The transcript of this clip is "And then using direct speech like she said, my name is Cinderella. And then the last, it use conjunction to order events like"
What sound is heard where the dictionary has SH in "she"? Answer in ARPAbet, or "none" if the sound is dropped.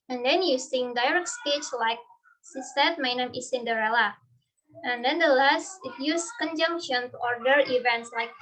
S